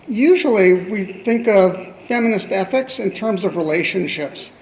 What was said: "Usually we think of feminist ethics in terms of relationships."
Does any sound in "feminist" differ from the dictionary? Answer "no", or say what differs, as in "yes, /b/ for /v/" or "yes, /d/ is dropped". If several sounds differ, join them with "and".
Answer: no